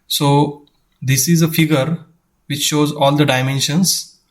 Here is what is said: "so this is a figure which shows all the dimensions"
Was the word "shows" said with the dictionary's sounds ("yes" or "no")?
yes